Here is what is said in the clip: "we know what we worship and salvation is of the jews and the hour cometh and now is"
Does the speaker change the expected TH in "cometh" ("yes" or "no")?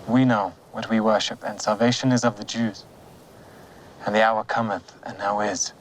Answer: no